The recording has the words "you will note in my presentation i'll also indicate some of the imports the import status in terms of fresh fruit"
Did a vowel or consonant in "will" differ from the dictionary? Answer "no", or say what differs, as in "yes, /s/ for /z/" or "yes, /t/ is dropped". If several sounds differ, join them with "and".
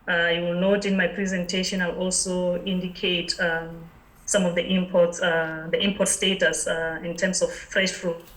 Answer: no